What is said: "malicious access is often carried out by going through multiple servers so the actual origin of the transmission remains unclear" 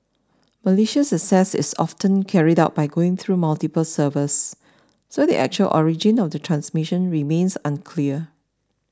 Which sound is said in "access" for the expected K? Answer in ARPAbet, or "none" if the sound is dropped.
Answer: none